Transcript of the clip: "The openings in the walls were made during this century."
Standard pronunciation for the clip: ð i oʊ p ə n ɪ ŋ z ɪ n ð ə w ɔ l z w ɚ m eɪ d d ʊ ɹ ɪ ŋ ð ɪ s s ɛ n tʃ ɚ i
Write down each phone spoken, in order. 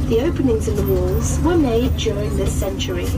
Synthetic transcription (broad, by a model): ð i oʊ p ə n ɪ ŋ z ɪ n ð ə w ɔ l z w ɚ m eɪ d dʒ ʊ ɹ ɪ ŋ ð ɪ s s ɛ n tʃ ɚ i